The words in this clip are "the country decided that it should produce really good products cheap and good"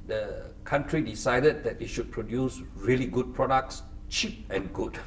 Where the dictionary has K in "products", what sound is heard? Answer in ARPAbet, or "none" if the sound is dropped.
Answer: K